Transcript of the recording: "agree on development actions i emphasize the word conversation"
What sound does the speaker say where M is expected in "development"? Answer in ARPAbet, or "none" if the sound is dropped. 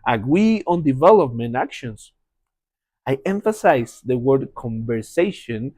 M